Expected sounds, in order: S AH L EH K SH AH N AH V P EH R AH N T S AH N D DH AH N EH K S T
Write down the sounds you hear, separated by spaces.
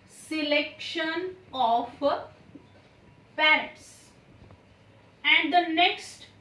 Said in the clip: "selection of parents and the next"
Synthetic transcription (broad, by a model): S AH L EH K SH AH N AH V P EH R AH T S AH N D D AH N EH K S T